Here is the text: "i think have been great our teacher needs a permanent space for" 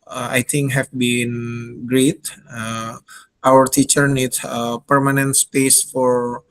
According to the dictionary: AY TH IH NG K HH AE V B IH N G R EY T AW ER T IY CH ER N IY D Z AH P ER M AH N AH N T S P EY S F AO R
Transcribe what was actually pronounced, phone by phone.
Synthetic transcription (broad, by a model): AY T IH NG K HH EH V B IH N G R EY T AW ER T IY CH ER N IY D S AH P ER M AH N AH N T S P EY S F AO R